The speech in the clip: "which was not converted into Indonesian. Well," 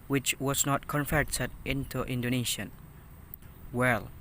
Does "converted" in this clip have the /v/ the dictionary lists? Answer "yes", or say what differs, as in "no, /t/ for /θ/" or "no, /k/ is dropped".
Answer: no, /f/ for /v/